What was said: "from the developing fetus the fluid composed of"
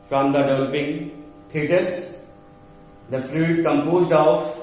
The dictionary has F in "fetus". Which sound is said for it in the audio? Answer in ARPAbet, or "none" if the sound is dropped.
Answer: P